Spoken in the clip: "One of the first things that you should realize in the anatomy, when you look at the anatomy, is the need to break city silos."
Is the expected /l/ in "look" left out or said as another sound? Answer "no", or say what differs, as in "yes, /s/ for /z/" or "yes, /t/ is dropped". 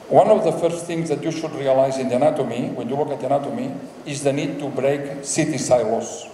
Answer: yes, /w/ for /l/